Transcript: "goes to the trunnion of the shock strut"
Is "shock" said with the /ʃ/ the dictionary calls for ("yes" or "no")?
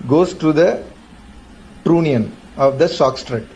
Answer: no